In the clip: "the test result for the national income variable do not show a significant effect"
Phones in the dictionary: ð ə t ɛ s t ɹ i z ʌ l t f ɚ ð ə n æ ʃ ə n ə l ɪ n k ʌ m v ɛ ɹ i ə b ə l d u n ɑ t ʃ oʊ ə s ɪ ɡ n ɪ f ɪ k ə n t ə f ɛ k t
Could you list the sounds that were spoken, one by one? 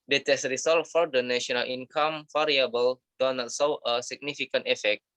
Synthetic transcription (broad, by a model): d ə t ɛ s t ɹ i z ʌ l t f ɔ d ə n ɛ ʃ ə n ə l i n k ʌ m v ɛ ɹ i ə b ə l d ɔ n ɑ t s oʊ ə s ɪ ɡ n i f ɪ k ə n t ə f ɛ k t